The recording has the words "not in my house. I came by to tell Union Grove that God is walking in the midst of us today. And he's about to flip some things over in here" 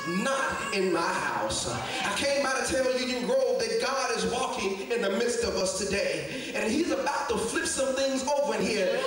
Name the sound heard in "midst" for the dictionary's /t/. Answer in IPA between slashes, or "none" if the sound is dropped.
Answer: /t/